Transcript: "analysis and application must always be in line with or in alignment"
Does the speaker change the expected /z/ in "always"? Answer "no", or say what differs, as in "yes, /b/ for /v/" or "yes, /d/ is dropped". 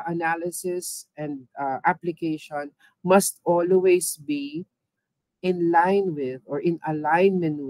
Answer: yes, /s/ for /z/